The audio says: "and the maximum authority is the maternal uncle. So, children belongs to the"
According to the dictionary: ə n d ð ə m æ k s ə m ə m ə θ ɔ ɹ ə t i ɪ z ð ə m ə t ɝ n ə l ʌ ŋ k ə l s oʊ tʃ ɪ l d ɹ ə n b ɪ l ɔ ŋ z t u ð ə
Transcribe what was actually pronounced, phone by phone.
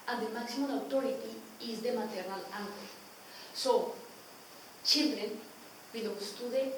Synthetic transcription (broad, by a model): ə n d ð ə m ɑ k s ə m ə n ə t ɔ ɹ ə t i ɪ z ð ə m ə t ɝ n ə l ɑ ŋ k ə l s oʊ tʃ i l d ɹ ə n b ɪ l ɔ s t u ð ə